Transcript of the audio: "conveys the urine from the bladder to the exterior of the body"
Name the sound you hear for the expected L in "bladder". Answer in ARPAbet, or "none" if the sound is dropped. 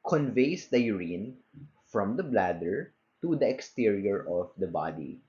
L